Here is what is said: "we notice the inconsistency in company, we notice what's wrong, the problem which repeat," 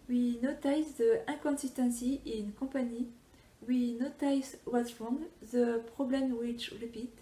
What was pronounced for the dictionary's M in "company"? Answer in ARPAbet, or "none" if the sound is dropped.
none